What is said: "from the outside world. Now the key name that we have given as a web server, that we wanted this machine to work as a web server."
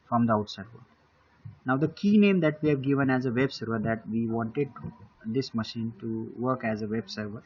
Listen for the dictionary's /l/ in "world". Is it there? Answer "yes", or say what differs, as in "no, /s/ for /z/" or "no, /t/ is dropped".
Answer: no, /l/ is dropped